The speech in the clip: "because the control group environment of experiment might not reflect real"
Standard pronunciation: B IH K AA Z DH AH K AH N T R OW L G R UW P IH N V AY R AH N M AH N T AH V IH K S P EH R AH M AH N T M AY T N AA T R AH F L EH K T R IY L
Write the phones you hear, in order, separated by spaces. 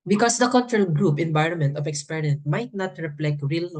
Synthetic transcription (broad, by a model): B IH K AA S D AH K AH N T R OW L G R UW P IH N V AY R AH N M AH N T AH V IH K S P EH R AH AH N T M AY T N AA T R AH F L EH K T R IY L